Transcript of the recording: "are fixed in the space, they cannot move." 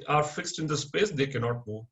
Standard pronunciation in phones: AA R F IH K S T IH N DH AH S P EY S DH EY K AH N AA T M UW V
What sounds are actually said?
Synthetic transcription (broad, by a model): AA R F IH K S T IH N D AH S P EY S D EY K AH N AA T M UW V